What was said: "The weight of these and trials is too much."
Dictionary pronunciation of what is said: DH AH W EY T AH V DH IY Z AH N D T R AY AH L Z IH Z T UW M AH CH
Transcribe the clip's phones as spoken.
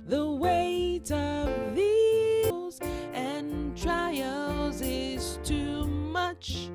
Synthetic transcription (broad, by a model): DH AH W EY T AH V DH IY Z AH N T R AY AH L Z IH Z T UW M AH CH